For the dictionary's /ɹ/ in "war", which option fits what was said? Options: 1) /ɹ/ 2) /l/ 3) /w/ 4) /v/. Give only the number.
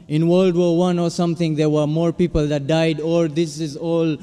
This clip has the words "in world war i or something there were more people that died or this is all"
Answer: 3